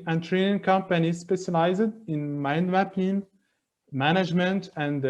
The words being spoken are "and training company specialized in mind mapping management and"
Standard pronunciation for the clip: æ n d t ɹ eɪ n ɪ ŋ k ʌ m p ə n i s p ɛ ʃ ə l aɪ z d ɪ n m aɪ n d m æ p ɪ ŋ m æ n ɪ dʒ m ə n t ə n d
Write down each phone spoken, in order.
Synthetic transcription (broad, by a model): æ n t ɹ eɪ n ɪ ŋ k ʌ m p ə n i s p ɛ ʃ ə l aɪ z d ɪ n m aɪ n d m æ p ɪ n m æ n ɪ dʒ m ə n t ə n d